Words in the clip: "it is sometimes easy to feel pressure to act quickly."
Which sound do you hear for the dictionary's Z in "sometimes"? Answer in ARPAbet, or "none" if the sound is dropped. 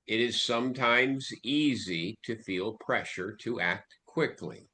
Z